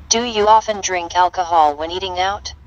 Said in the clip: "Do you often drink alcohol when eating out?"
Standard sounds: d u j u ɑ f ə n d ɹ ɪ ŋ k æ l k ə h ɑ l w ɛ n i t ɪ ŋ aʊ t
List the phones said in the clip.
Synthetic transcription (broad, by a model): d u j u ɑ f ə n d ɹ ɪ ŋ k æ l k ə h ɑ l w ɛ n i t ɪ ŋ aʊ t